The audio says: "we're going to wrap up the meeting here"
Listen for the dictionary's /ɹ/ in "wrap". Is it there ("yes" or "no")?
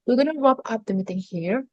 no